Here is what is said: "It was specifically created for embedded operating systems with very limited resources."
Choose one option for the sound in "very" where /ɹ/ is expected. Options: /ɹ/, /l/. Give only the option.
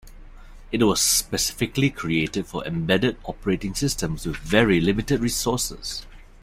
/ɹ/